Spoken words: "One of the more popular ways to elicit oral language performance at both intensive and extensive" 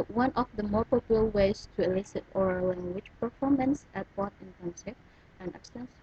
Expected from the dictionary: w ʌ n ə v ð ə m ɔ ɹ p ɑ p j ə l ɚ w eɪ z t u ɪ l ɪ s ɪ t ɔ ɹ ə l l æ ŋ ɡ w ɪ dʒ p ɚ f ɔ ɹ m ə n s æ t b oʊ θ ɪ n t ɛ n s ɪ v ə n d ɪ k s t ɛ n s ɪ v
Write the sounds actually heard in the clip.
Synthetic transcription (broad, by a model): w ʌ n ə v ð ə m ɔ ɹ p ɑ p j l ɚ w eɪ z t u ɪ l ɪ s ɪ t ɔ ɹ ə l l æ ŋ ɡ w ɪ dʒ p ɚ f ɔ ɹ m ə n s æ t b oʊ t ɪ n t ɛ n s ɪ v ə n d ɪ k s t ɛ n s